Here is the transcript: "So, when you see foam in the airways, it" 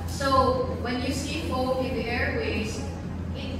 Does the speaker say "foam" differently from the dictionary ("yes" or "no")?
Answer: yes